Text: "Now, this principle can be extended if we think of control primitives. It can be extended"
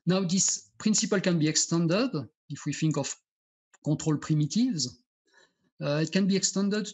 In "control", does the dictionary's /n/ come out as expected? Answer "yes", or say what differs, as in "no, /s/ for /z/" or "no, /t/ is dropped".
no, /n/ is dropped